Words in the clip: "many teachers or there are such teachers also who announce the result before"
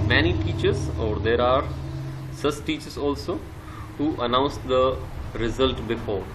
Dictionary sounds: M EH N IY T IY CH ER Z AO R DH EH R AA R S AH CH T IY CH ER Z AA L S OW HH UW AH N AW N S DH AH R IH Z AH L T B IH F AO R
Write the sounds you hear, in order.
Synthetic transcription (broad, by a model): M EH N IY T IY CH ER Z AO R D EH R AA R S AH S T IY CH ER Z AA L S OW HH UW AH N AW N S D AH R IH Z AH L T B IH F AO R